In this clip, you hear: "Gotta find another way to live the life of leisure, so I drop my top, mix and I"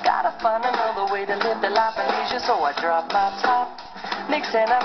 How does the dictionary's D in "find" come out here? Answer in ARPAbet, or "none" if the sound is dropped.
none